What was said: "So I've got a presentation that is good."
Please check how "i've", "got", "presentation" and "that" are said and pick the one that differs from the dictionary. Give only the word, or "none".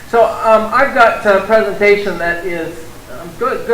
none